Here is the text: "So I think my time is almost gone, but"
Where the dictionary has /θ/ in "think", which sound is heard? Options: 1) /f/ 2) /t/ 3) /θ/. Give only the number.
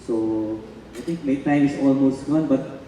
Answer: 2